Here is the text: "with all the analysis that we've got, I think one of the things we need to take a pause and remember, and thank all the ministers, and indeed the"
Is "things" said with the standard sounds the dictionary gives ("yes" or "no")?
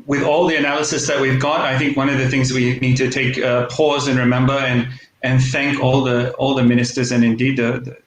yes